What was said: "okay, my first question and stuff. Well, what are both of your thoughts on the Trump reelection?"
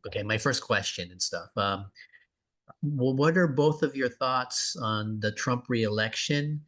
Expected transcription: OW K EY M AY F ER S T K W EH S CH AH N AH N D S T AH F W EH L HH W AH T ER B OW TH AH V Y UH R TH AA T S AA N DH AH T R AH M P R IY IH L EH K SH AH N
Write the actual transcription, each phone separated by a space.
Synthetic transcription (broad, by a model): OW K EY M AY F ER S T K W EH S CH AH N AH N S T AH F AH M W W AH T ER B OW TH AH V Y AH R TH AA T S N DH AH T R AH M P R IY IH L EH K SH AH N